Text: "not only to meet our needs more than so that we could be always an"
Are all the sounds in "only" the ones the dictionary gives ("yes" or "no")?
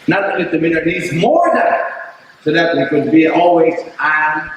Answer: no